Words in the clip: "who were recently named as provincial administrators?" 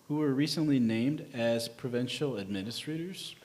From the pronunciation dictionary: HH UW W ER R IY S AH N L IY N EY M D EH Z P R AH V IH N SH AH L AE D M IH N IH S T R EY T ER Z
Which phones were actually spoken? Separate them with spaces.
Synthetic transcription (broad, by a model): HH UW W ER R IY S AH N L IY N EY M D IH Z P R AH V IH N SH L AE D M IH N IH S T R EY T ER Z